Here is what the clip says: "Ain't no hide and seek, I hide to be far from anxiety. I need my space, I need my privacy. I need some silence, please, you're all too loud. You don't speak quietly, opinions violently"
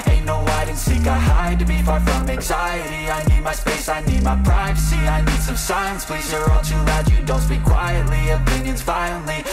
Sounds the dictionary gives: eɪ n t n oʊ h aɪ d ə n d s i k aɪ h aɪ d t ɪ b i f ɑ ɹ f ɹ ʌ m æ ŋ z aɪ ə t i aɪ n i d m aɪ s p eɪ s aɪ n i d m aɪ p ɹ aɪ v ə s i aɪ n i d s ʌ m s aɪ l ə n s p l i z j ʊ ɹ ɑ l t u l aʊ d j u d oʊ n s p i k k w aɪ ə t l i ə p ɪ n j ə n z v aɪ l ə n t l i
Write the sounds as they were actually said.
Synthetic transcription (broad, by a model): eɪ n n oʊ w aɪ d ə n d s i k aɪ h aɪ d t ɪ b i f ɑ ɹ f ɹ ʌ m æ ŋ z aɪ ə t i aɪ n i d m aɪ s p eɪ s aɪ n i d m aɪ p ɹ aɪ v ə s i aɪ n i d s ʌ m s aɪ ə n s p l i z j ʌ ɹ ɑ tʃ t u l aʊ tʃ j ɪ d oʊ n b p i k k w aɪ ə t l i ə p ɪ n j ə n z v aɪ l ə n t l i